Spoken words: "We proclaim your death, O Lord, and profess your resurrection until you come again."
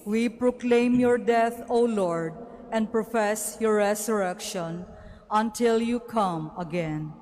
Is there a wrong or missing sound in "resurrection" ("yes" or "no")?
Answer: yes